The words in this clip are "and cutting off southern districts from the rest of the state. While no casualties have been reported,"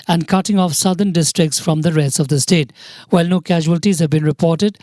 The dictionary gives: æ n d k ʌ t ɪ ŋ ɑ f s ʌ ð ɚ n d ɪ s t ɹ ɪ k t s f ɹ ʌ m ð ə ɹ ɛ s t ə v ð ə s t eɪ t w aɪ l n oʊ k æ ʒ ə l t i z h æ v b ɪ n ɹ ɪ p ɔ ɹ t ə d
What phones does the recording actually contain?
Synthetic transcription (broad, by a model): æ n d k ʌ t ɪ ŋ ɑ f s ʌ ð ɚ n d ɪ s t ɹ ɪ k t s f ɹ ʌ m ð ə ɹ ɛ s ə v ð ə s t eɪ t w aɪ l n oʊ k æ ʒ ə l t i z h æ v b ɪ n ɹ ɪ p ɔ ɹ t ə d